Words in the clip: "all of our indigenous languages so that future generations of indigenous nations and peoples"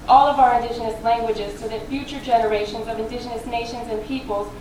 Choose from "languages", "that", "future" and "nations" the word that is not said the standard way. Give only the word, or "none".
none